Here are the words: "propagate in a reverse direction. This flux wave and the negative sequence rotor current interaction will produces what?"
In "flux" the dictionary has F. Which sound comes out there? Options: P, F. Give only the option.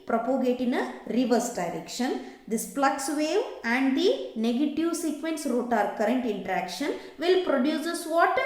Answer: P